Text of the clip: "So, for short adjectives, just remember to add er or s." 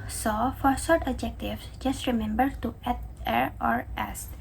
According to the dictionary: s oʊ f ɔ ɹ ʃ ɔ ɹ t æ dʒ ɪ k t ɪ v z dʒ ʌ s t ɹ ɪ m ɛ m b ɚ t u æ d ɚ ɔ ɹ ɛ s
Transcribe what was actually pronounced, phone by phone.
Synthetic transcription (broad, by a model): s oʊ f ɔ ɹ s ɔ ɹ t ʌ dʒ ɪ k t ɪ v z dʒ ʌ s t ɹ ɪ m ɛ m b ɚ t u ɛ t ɚ ɔ ɹ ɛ s